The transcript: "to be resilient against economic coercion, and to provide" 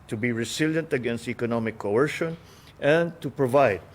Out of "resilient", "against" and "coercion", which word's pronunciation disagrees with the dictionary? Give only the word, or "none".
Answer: resilient